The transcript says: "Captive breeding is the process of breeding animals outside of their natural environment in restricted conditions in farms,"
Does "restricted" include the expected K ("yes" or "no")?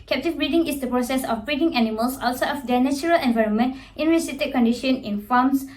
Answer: no